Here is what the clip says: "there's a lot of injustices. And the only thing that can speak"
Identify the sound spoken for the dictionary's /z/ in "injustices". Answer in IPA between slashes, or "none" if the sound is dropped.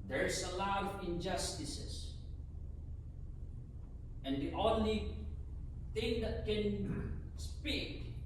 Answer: /s/